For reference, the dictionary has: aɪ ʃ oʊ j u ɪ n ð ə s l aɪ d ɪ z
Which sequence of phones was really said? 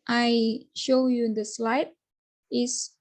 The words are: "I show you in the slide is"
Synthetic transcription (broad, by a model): aɪ ʃ oʊ j u ɪ n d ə s l aɪ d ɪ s